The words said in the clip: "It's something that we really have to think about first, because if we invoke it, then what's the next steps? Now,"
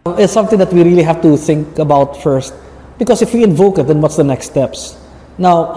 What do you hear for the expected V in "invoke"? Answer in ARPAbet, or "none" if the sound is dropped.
V